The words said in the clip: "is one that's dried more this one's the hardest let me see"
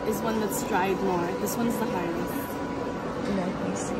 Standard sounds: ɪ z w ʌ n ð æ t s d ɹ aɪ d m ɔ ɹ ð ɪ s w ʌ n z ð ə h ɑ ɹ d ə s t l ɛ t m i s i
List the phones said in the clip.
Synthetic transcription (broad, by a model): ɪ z w ʌ n ð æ t s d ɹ aɪ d m ɔ ɹ ð ɪ s w ʌ n z ð ə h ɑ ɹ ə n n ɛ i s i